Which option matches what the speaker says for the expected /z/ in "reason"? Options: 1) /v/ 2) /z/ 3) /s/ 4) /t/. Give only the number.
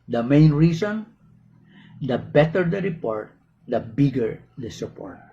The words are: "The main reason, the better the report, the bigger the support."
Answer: 3